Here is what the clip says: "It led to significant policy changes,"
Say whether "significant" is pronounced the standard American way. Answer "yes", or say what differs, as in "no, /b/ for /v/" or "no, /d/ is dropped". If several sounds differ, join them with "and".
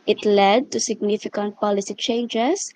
yes